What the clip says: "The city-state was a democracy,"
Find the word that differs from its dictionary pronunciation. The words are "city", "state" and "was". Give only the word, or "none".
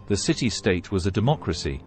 none